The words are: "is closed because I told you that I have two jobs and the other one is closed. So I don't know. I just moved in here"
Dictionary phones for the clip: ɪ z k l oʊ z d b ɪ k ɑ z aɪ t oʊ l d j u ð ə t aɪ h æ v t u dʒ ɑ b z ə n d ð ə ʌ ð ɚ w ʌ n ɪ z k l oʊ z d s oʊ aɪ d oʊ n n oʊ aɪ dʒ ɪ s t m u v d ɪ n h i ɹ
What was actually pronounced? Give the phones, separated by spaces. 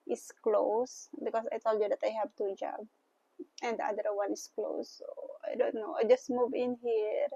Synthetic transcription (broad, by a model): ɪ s k l oʊ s b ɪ k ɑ s aɪ t oʊ l d j u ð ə t aɪ h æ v t u dʒ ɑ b ə n d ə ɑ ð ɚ w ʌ n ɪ s k l oʊ s oʊ aɪ d oʊ n n oʊ aɪ dʒ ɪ s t m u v ɪ n h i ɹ